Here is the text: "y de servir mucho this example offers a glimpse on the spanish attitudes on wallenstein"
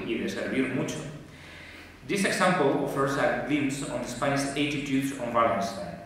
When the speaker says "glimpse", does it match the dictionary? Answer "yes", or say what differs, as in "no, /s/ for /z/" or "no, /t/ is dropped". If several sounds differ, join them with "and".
no, /p/ is dropped